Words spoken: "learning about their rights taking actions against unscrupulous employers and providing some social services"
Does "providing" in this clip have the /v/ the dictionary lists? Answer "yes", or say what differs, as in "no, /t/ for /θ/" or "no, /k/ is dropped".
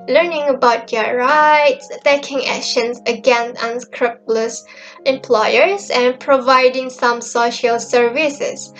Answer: yes